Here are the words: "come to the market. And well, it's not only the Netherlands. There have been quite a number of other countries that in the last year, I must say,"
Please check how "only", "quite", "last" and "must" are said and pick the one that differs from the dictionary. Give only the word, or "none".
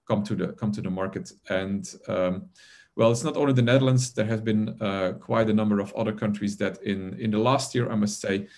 only